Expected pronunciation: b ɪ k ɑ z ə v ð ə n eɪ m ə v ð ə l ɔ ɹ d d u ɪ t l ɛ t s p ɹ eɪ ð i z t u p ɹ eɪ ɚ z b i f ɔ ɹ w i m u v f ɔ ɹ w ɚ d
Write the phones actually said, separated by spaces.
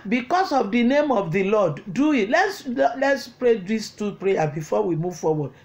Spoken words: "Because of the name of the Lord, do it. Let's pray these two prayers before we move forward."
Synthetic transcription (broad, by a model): b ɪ k ɑ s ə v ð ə n eɪ m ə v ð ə l ɔ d d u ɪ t l ɛ t s p ɹ eɪ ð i s t u p ɹ eɪ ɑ b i f ɔ w i m u v f ɔ w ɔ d